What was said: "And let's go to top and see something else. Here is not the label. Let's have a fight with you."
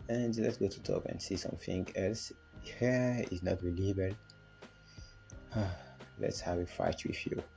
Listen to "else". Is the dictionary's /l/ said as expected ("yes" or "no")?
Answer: yes